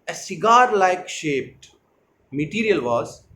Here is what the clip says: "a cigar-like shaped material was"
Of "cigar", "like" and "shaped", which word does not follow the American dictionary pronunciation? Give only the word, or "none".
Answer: none